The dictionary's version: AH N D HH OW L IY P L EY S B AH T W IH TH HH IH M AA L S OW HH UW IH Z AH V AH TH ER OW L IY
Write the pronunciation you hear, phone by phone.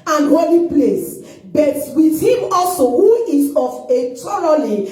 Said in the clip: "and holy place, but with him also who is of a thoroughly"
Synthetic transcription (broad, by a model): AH N HH OW L IY P L EY S B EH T W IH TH HH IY M AA L S OW HH UW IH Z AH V AH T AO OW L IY